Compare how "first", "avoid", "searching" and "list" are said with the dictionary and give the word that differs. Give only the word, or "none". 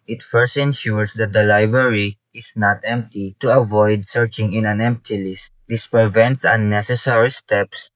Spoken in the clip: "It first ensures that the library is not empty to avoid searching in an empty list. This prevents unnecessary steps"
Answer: none